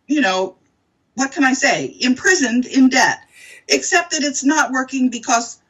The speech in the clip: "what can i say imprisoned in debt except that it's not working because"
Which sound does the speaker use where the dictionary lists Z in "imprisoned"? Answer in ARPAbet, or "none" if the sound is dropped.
Z